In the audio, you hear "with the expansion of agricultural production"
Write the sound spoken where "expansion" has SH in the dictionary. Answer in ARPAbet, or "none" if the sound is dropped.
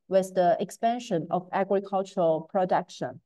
SH